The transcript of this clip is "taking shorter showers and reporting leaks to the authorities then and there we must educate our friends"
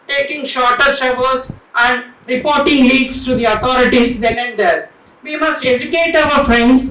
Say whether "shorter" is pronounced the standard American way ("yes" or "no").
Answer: yes